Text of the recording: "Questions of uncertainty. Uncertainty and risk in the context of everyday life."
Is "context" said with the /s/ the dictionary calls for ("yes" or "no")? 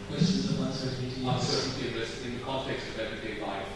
yes